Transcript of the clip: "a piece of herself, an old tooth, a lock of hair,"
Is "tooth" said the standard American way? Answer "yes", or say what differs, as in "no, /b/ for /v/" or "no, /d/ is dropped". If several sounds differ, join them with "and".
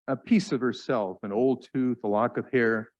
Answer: yes